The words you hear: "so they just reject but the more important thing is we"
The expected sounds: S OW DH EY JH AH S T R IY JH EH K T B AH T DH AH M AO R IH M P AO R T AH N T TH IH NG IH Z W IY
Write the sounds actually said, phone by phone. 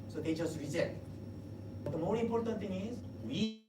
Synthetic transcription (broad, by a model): S OW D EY JH AH S T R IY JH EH T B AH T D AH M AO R IH M P AO R T AH N T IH NG IH Z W IY